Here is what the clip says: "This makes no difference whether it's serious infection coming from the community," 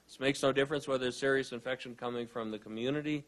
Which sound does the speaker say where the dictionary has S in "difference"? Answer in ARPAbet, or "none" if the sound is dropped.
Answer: S